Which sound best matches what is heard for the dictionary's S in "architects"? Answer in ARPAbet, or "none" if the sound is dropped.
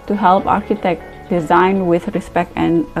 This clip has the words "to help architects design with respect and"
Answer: none